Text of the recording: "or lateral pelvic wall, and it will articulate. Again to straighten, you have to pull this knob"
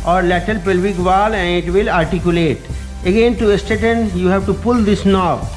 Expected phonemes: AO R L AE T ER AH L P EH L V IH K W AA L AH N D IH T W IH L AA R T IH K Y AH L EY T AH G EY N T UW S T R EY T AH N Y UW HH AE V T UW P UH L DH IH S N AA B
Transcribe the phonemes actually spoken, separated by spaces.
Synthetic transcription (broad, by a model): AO R L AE T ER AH L P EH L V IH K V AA L AH N D IH T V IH L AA R T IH K Y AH L EY T AH G EY N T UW S T EY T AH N Y UW HH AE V T UW P UH L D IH S N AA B